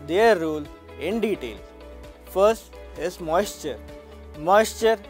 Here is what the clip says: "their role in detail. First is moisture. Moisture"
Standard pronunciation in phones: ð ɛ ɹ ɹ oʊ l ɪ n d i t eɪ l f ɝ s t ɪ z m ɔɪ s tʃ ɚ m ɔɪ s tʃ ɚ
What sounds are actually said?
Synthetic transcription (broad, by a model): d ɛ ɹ ɹ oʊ l ɪ n d i t eɪ l f ɝ s t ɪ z m ɔɪ s tʃ ɚ m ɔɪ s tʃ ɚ